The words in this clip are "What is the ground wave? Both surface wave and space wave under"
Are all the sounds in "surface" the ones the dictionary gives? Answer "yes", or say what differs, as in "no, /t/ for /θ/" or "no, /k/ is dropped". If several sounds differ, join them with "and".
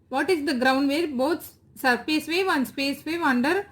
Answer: no, /p/ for /f/